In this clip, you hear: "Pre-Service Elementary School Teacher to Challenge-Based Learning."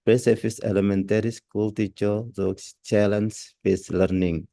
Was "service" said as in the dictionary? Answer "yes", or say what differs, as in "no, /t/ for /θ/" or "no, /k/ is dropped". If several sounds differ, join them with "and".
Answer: no, /f/ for /v/